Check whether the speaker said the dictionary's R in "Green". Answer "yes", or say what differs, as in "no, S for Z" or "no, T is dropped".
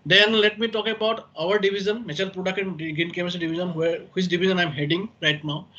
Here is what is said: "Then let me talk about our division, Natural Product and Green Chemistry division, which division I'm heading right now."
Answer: no, R is dropped